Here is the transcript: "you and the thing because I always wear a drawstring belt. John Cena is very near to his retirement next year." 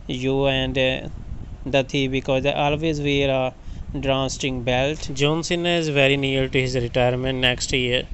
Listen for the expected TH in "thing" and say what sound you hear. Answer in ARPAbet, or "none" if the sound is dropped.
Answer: T